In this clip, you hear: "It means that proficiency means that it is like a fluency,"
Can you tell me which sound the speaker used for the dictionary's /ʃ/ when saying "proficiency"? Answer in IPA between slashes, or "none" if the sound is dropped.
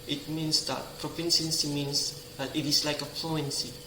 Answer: /s/